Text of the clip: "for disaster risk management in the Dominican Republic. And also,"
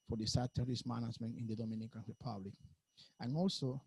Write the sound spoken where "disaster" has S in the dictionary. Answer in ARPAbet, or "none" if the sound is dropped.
none